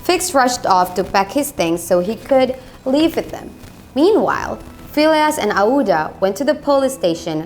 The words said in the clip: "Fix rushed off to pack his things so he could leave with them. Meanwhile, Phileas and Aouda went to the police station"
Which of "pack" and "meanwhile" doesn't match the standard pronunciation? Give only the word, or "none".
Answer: pack